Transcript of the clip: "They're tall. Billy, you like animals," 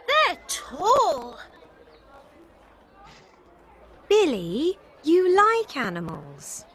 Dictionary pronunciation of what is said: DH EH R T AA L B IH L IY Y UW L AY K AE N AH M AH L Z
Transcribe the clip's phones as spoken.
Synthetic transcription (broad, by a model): DH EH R T AA L B IH L IY Y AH L AY K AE N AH M AH L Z